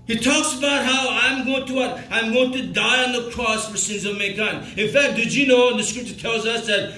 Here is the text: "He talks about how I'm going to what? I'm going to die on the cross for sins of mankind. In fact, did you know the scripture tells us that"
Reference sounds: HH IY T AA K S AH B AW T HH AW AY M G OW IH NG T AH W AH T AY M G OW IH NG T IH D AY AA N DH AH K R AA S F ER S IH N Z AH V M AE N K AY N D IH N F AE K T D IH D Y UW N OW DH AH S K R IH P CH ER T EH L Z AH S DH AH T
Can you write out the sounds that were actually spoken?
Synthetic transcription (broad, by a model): HH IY T AA K S AH B AW T HH AW AY M G OW IH NG T AH W AH T AY M G OW IH NG T IH D AY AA N DH AH K R AA S F ER S IH N Z AH V M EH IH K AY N IH N F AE K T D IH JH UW N OW DH AH S K R IH P CH ER T EH L Z AH S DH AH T